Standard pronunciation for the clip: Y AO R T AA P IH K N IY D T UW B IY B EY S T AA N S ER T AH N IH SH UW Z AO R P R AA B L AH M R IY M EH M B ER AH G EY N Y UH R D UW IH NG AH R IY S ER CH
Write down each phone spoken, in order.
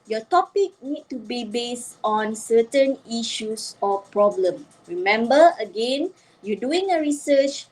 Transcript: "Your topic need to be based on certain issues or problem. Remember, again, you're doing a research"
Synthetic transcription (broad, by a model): Y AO T AA P IH K N IY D T UW B IY B EY S T AA N S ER T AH N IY SH UW S AO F P R AA B L AH M R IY M EH M B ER AH G EY N Y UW D UW IH NG AH R IY S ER CH